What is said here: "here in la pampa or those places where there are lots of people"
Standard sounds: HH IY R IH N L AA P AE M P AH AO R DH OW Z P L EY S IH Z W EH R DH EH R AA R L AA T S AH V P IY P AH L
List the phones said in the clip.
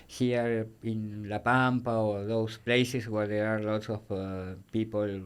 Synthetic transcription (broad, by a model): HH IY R IH N L AA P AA M P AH AO R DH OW S P L EY S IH S W EH R DH EH R AA R L AA T S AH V P IY P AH L